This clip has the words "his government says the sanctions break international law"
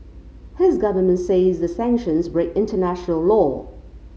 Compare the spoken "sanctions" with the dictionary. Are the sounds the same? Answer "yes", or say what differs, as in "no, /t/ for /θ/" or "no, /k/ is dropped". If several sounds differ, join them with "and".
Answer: yes